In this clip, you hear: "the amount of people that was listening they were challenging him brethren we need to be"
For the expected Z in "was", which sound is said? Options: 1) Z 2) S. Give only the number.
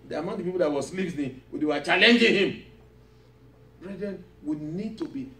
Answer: 2